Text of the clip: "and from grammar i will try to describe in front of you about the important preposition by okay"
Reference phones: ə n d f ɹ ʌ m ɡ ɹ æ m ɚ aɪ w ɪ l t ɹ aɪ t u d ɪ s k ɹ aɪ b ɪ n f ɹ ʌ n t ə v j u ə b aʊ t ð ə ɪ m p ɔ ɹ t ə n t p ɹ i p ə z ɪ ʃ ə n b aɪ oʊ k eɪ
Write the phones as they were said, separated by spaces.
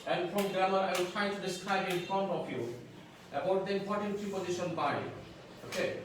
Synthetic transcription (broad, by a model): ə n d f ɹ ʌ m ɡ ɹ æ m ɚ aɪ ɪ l t ɹ aɪ t u d ɪ s k ɹ aɪ b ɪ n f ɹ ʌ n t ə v j u ə b aʊ t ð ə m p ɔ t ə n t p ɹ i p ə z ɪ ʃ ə n b aɪ oʊ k eɪ